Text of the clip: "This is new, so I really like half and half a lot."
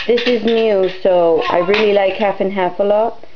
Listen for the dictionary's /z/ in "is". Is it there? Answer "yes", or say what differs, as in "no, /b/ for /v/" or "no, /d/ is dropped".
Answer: yes